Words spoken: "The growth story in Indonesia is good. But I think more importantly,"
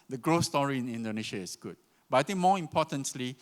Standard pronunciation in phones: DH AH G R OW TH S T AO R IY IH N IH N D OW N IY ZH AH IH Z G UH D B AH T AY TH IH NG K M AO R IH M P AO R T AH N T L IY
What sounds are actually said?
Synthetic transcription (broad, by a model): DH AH G R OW S T AO R IY IH N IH N D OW N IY SH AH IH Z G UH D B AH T AY T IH NG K M AO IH M P AO T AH N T L IY